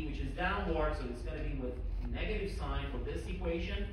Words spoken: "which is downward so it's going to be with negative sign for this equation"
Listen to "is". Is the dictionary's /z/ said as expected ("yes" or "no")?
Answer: yes